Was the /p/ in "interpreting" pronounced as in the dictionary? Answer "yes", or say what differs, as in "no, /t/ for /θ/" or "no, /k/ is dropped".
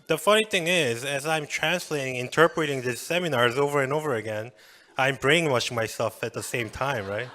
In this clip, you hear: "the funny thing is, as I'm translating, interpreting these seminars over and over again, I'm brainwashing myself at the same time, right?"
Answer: yes